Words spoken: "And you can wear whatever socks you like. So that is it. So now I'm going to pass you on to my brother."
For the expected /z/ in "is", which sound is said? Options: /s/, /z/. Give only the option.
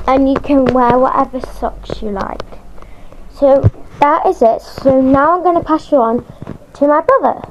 /z/